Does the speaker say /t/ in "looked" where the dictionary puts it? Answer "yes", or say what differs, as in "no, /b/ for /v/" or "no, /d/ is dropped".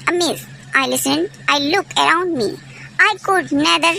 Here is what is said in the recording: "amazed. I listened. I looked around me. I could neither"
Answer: no, /t/ is dropped